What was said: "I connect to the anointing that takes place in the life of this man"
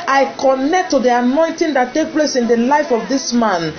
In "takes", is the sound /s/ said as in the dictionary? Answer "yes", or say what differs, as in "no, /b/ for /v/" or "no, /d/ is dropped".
no, /s/ is dropped